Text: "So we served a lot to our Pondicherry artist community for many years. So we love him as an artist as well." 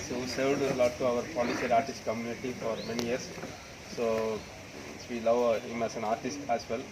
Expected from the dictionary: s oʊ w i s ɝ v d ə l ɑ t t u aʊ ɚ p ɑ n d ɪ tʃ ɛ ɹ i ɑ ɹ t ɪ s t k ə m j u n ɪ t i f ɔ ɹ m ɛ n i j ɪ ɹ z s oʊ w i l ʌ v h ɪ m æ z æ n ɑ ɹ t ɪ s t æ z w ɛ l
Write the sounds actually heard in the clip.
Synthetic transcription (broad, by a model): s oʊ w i s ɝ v d ə l ɑ t t u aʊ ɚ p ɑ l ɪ s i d ɑ ɹ t ɪ s t k ə m j u n ɪ t i f ɔ ɹ m ɛ n i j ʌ ɹ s s oʊ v i l ʌ v h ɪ m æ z æ n ɑ ɹ t ɪ s t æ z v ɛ l